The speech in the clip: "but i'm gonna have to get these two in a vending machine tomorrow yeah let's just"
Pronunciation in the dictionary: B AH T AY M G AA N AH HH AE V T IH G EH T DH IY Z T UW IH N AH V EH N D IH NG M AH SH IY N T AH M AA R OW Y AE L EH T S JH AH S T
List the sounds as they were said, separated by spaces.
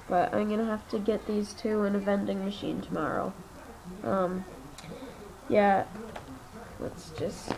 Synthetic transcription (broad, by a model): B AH T AY M G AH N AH HH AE F T IH G EH T DH IY Z T UW IH N AH V EH N D IH NG M AH SH IY N T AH M AA R OW Y AE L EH T S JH AH S T